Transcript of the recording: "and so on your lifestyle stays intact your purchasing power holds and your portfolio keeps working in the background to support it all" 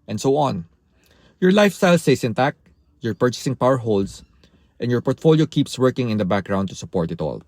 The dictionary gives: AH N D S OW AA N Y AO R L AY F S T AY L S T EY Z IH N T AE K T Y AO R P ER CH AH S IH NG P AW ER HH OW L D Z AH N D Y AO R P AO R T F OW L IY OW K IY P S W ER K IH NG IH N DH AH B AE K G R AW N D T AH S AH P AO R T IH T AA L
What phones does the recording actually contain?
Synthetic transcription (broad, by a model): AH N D S OW AA N Y AO R L AY F S T AY L S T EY S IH N T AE K Y AO R P ER CH AH S IH NG P AW ER HH OW L D S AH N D Y AO R P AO R T F OW L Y OW K IY P S W ER K IH NG IH N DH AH B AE K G R AW N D T AH S AH P AO R T IH T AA L